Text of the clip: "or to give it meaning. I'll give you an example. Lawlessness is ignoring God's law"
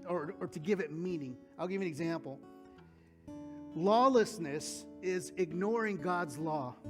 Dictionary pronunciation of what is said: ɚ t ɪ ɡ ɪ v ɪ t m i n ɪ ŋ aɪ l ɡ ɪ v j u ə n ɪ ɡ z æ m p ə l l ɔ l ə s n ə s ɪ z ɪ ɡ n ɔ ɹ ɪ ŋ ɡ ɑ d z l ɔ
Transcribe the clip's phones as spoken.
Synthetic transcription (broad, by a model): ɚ t ɪ ɡ ɪ v ɪ t m i n ɪ ŋ aɪ l ɡ ɪ v ə n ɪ ɡ z æ m p l l ɔ l ə s n ə s ɪ z ɪ ɡ n ɔ ɹ ɪ ŋ ɡ ɑ d z l ɔ